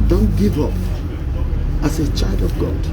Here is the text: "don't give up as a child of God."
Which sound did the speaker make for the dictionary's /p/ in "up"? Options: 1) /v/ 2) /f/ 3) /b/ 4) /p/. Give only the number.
4